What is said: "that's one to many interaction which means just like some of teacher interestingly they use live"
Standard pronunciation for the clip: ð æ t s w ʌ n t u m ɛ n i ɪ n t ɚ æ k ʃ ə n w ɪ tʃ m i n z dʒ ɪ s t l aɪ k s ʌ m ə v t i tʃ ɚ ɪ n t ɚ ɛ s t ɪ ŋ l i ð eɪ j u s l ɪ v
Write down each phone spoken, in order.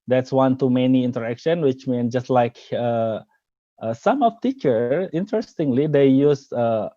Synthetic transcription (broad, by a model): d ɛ t s w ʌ n t u m ɛ n i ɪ n t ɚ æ k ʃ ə n w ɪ tʃ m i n dʒ ɪ s t l aɪ k s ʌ m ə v t i tʃ ɚ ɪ n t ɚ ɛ s t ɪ ŋ l i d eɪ j u s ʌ